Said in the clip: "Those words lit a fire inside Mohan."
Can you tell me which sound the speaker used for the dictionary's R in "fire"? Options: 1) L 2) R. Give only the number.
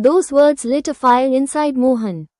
1